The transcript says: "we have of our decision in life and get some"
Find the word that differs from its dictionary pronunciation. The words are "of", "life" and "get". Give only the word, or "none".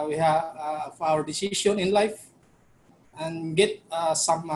of